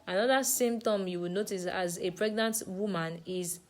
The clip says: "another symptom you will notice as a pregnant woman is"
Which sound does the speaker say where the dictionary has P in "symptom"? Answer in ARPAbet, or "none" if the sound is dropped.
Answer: none